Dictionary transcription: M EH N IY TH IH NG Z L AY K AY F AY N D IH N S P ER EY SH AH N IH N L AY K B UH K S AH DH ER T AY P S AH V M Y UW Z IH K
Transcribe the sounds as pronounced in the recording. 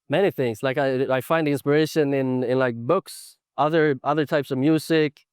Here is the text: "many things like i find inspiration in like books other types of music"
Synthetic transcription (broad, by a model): M EH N IY TH IH NG Z L AY K AY F AY N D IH N S P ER EY SH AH N IH N L AY K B UH K S AH DH ER T AY P S AH V M Y UW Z IH K